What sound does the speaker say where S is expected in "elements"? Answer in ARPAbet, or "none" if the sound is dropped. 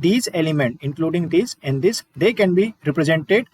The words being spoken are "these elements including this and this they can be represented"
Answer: none